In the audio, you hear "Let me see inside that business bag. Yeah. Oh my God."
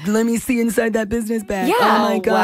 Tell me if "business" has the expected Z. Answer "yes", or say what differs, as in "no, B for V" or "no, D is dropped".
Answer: yes